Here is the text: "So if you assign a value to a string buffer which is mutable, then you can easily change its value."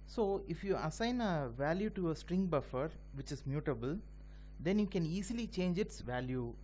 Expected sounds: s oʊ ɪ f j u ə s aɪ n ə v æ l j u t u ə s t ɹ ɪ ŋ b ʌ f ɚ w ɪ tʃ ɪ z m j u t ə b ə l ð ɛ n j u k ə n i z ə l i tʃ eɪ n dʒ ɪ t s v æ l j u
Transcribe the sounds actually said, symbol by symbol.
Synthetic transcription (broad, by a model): s oʊ ɪ f j u ə s aɪ n ə v æ l j u t u ə s t ɹ ɪ ŋ b ʌ f ɚ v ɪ tʃ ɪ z m j u t ə b ə l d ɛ n j u k ə n i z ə l i tʃ eɪ n dʒ ɪ t s v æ l j u